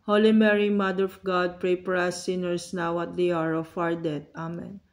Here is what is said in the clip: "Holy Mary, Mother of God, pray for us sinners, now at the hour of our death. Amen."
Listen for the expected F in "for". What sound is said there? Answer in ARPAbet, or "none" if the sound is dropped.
P